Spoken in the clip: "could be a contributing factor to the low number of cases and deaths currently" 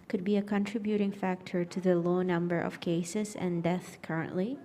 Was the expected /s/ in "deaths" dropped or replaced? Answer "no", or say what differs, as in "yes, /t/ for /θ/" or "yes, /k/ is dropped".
yes, /s/ is dropped